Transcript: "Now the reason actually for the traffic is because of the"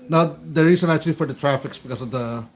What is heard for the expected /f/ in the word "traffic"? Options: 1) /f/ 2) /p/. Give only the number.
1